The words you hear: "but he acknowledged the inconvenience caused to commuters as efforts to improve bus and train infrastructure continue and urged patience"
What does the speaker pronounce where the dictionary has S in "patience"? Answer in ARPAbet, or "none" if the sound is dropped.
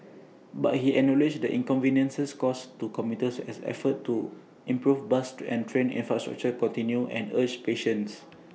S